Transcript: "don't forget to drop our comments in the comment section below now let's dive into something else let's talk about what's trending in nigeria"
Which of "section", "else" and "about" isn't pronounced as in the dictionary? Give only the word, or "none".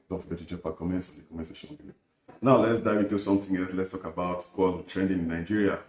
section